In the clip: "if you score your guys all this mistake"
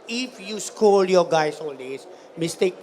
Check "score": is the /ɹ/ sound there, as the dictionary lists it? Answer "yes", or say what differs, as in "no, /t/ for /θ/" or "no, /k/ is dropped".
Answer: no, /l/ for /ɹ/